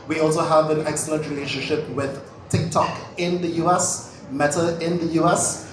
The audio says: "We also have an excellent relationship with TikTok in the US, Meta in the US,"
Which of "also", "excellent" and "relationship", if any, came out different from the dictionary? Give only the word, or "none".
excellent